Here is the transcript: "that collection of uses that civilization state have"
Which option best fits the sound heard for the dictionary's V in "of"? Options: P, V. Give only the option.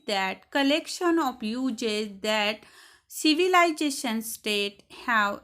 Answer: P